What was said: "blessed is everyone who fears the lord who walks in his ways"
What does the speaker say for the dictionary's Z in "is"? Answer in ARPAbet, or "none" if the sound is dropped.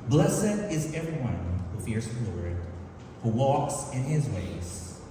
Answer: Z